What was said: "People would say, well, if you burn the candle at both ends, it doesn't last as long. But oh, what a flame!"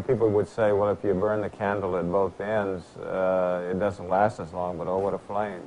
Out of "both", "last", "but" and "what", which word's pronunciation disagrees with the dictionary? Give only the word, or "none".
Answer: none